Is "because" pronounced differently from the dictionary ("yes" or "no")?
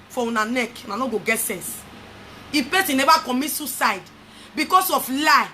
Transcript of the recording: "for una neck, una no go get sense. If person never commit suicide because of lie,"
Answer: yes